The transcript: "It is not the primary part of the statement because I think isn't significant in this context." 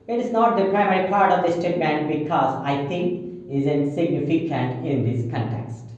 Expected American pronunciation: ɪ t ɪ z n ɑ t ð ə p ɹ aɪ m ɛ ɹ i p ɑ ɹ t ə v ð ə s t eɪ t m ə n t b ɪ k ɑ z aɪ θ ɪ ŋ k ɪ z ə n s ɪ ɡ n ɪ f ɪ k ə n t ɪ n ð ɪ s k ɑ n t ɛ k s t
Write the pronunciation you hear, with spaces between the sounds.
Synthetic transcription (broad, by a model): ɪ t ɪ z n ɑ t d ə p ɹ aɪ m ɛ ɹ i p ɑ ɹ t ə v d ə s t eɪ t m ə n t b ɪ k ɑ z aɪ t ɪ ŋ k ɪ z ə n s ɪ ɡ n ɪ f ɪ k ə n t ɪ n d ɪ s k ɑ n t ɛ k s t